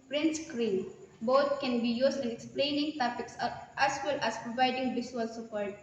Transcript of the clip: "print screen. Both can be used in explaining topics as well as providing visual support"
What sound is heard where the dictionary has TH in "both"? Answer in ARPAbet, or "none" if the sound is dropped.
T